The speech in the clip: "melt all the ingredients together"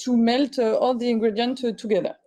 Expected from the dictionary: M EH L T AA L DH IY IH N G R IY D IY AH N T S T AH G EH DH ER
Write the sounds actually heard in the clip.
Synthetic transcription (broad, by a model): M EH L T AA L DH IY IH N G R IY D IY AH N T T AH G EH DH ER